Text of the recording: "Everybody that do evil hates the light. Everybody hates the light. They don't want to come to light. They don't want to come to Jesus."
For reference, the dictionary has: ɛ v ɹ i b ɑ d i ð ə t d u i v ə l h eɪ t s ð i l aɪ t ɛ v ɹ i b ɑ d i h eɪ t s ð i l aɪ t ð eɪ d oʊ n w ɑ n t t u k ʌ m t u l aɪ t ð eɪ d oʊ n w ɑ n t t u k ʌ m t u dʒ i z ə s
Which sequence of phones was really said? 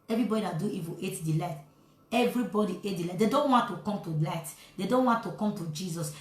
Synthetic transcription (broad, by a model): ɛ v ɹ i b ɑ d i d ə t d u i w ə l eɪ t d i l aɪ t ɛ v ɹ i b ɑ d i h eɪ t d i l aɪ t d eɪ d oʊ n w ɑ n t t u k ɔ m t u l aɪ t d eɪ d oʊ n w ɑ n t t u k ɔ m t u dʒ i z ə s